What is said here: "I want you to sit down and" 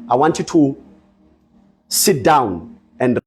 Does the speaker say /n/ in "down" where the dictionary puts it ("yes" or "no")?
yes